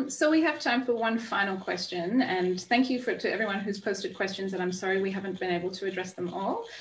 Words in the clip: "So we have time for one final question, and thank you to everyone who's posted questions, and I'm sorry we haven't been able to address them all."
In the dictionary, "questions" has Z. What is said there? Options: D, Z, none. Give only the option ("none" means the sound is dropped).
Z